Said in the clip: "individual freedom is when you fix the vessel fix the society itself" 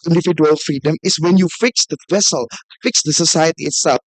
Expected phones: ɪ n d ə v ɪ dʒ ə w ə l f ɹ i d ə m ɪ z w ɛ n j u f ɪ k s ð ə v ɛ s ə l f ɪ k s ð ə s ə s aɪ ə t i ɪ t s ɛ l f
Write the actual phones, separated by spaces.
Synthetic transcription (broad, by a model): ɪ n d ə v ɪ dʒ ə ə l f ɹ i d ə m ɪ s w ɛ n j u f ɪ k s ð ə v ɛ s ə l f ɪ k s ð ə s ə s aɪ ə t i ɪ t s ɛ l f